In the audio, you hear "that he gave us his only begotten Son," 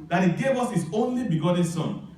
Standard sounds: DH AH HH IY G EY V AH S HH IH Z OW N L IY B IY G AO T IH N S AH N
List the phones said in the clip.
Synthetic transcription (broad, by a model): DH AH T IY G EY V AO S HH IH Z OW N L IY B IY G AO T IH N S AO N